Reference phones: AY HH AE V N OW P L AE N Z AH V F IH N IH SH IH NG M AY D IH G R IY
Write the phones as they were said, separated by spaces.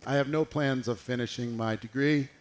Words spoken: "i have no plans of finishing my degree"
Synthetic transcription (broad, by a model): AY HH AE V N OW P L AE N Z AH V F IH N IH SH IH NG M AY D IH G R IY